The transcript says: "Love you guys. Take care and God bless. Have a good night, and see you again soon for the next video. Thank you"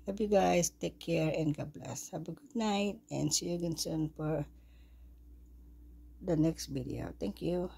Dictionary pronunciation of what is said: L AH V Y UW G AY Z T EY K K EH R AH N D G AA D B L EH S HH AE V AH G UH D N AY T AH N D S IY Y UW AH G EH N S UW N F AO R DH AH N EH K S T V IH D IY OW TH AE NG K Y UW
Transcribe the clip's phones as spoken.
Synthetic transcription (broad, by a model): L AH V Y UW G AY S T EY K K EH R AH N D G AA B L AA S HH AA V AH G UH D N AY T AH N D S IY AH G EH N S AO N F AO R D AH N EH K S T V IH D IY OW T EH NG K Y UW